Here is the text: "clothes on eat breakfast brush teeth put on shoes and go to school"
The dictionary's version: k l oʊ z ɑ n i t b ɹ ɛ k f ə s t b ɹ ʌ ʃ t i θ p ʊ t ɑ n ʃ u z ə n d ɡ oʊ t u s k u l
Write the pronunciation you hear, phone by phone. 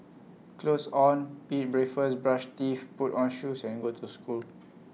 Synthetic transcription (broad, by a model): k l oʊ s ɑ n i t b ɹ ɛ f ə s b ɹ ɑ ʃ t i f p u t ɑ n ʃ u s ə n ɡ oʊ t u s k u l